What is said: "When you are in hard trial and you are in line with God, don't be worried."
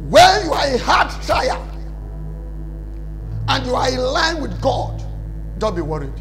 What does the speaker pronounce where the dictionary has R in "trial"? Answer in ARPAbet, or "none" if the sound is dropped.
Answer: none